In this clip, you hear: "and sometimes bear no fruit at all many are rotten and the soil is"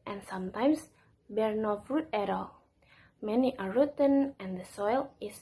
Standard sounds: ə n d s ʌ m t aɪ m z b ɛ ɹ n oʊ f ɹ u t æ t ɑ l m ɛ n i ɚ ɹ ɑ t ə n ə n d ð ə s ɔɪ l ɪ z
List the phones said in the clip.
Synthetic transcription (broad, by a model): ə n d s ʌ m t aɪ m s b ɛ ɹ n oʊ f ɹ u t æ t ɑ l m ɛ n i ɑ ɹ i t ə n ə n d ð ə s ɔɪ l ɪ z